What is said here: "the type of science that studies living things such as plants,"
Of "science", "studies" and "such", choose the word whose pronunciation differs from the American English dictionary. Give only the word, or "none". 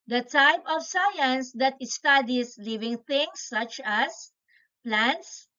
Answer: studies